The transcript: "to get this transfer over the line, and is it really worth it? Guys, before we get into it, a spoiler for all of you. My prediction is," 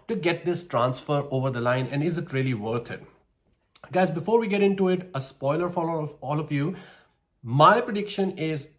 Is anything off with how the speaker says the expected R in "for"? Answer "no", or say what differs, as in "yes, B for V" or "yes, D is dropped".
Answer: yes, L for R